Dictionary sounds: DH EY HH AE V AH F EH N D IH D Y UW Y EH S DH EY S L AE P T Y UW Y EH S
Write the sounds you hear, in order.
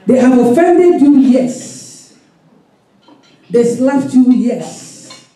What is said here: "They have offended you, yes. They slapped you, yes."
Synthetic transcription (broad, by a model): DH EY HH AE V AH F EH N D IH D Y UW Y EH S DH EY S L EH F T Y UW Y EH S